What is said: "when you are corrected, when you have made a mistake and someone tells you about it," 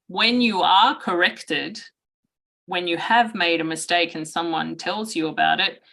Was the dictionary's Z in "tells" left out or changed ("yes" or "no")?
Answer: no